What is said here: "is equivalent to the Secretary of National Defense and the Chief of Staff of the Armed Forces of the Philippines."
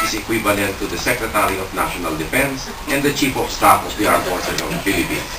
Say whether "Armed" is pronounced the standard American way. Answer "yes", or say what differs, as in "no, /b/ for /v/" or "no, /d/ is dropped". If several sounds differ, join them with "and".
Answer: no, /m/ is dropped